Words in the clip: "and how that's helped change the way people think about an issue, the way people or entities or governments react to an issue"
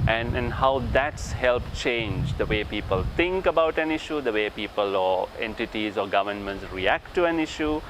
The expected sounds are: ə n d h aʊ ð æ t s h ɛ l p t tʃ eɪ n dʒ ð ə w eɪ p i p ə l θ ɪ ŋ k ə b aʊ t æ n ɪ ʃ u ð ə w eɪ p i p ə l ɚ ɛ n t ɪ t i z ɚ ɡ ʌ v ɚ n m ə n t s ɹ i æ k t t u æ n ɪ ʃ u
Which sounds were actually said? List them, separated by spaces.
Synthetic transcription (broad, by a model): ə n d h aʊ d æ t s h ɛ l p tʃ eɪ n dʒ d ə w eɪ p i p ə l t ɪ ŋ k ə b aʊ t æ n ɪ ʃ u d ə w eɪ p i p ə l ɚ ɛ n t ɪ t i z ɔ ɡ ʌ v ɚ n m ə n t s ɹ i æ k t t u æ n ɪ ʃ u